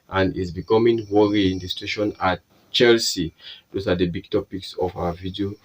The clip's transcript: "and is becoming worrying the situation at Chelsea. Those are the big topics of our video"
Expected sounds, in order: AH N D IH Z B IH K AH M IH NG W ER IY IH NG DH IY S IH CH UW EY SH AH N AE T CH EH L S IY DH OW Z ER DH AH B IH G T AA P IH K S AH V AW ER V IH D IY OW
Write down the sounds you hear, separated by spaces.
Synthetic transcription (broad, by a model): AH N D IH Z B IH K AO M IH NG W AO IY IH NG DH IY S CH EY SH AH N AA T CH EH L S IY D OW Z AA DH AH B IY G T AA P IH K S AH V AW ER V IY D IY OW